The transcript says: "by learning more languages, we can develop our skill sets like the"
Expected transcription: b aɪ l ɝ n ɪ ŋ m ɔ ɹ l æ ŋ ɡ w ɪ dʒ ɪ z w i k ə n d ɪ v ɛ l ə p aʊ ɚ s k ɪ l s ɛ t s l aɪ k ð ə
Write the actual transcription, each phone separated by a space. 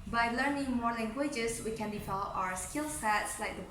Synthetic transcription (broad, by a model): b aɪ l ɝ n ɪ ŋ m ɔ ɹ l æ ŋ ɡ w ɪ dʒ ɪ s w i k ə n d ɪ f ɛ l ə ʊ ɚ s k ɪ l s ɛ t s l aɪ k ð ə